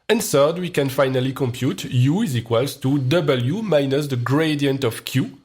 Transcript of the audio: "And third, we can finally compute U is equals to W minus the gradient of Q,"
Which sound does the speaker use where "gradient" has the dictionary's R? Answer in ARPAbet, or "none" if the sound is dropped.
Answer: R